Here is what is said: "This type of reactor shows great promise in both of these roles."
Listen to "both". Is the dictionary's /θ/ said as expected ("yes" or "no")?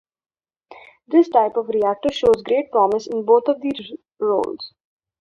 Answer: no